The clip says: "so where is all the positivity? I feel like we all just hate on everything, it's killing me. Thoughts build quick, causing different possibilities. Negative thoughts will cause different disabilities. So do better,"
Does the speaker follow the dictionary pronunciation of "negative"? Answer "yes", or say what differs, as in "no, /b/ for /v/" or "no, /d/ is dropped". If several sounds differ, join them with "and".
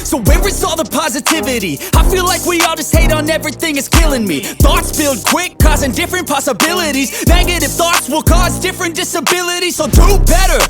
no, /f/ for /v/